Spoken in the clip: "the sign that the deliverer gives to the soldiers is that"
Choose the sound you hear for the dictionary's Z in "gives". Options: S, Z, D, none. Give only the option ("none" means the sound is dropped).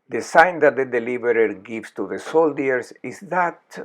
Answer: S